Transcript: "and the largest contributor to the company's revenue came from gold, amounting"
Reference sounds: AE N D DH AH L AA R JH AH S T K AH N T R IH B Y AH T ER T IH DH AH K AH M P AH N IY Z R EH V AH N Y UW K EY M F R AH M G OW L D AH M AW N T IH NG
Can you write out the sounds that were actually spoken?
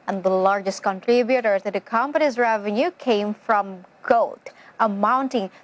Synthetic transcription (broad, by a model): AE N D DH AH L AA R JH AH S T K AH N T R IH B Y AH T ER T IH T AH K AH M P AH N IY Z R EH V AH N Y UW K EY M F R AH M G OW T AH M AW N T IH NG